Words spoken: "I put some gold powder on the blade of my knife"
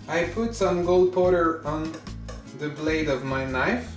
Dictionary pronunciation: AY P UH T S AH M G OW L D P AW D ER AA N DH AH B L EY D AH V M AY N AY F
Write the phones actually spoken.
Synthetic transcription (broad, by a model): AY P UH T S AH M G OW L D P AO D ER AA N DH AH B L EY D AH V M AY N AY F